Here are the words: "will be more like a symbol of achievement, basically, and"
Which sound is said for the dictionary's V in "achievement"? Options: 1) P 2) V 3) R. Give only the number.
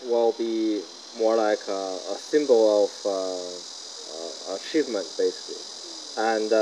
2